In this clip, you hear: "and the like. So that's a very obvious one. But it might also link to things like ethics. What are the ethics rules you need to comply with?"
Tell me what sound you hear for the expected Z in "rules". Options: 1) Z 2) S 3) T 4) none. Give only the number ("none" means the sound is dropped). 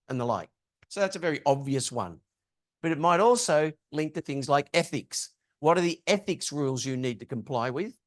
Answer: 1